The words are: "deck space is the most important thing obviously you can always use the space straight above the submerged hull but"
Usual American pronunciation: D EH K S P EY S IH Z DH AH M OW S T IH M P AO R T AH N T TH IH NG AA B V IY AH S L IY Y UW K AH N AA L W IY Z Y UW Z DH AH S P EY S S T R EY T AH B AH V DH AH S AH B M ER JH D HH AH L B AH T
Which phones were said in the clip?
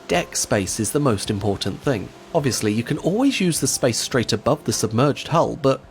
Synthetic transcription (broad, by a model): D EH K S P EY S IH Z DH AH M OW S T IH M P AO R T N TH IH NG AA B V IY AH S L IY Y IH K AH N AA L W IY Z Y UW Z DH AH S P EY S S T R EY T AH B AH V DH AH S AH B M ER JH D HH AH L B AH T